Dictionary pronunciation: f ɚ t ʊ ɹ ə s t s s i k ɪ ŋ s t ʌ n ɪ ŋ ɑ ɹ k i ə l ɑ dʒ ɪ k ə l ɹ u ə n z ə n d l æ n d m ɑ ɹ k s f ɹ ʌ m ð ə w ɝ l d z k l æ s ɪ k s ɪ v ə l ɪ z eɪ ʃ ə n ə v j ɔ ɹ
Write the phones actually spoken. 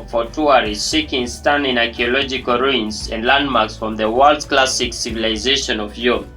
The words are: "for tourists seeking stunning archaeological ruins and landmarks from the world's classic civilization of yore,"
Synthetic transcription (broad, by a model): f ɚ t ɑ ɹ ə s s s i k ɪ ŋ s t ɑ n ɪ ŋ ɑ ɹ k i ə l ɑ dʒ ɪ k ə l ɹ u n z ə n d l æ n d m ɑ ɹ k s f ɹ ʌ m ð ə w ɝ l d k l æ s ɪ k s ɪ v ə l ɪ z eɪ ʃ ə n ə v j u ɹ